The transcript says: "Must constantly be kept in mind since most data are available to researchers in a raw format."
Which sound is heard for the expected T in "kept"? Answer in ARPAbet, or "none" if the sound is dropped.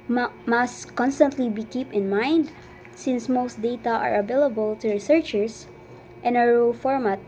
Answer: none